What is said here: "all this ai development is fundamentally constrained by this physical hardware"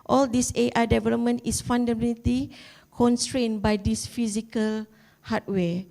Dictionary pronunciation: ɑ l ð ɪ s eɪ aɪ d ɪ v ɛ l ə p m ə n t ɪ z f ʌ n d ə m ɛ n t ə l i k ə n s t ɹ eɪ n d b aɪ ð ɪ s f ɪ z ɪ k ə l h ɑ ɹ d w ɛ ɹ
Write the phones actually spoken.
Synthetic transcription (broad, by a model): ɑ l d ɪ s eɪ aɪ d ɪ v ɛ l ə p m ə n t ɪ s f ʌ n d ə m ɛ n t l i k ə n s t ɹ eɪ n b aɪ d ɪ s f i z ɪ k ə l h ɑ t w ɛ